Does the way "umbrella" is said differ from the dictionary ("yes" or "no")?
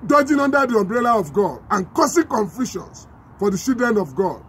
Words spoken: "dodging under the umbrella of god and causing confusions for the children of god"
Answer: no